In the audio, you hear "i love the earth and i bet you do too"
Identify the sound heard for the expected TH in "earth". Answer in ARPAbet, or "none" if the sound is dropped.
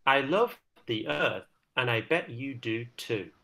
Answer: TH